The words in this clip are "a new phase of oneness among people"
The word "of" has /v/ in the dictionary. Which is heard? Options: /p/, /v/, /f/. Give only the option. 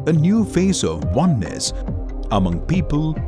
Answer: /v/